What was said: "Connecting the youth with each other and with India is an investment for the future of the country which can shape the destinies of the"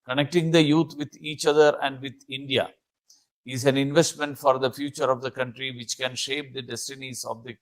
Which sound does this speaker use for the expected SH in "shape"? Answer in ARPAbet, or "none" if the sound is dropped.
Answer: SH